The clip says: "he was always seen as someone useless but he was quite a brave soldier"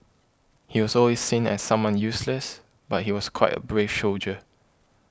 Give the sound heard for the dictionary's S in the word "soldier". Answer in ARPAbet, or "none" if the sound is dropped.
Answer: SH